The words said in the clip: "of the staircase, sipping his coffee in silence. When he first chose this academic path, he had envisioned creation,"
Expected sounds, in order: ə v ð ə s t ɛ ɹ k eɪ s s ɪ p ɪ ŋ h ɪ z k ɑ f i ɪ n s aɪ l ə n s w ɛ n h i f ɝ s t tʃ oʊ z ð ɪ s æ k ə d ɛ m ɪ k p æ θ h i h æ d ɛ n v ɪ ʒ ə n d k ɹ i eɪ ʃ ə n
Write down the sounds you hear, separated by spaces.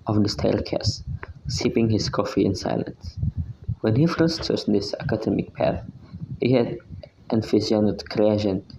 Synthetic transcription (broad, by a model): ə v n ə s t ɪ l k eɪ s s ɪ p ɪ ŋ h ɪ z k ɑ f i ɪ n s aɪ l ə n s w ɛ n h i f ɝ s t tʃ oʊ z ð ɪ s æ k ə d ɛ m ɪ k p æ θ h i h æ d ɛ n f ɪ z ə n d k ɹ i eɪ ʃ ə n